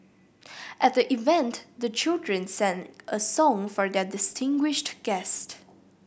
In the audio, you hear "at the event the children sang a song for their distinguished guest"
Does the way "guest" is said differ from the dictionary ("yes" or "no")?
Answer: no